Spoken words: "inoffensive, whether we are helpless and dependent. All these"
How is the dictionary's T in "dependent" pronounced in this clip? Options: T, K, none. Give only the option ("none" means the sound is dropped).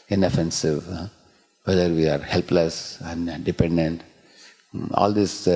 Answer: T